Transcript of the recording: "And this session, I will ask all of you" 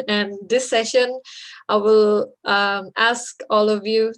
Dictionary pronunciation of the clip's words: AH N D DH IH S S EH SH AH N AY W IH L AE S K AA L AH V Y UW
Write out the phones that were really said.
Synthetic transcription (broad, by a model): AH N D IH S S EH SH AH N AY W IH L AE S K AA L AH V Y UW